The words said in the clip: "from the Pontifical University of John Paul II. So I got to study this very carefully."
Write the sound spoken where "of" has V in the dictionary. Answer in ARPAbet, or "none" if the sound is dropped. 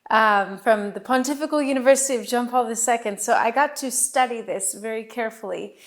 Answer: V